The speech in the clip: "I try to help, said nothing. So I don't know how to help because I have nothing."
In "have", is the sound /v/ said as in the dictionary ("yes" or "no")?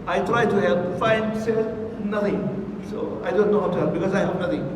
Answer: no